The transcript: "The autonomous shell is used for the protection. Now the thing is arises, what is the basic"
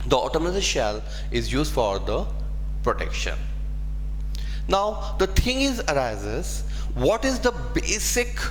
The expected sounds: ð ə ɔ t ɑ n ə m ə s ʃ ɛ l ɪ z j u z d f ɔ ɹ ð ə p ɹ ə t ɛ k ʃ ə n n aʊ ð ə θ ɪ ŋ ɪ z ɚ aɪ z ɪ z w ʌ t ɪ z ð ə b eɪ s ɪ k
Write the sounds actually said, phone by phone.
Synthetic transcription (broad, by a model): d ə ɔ t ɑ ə m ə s ʃ ɛ l ɪ z j u z d f ɔ ɹ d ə p ɹ ə t ɛ k ʃ ə n n aʊ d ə t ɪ ŋ ɪ z ɚ aɪ z ɪ z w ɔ t ɪ z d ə b eɪ s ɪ k